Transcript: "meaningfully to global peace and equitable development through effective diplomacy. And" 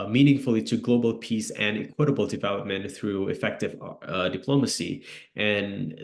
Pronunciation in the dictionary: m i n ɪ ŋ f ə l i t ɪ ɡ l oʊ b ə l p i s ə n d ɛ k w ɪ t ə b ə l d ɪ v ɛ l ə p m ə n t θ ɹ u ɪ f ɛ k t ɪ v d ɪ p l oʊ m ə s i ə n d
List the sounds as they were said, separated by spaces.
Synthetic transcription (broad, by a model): m i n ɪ ŋ f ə l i t ɪ ɡ l oʊ b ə l p i s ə n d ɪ k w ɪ t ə b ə l d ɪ v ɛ l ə p m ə n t θ ɹ u ɪ f ɛ k t ɪ v d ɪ p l oʊ m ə s i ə n